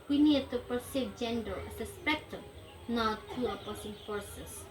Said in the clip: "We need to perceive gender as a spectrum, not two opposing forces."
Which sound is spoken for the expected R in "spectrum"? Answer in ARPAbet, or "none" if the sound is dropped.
none